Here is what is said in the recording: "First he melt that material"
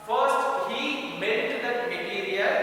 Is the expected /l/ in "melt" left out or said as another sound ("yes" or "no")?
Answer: yes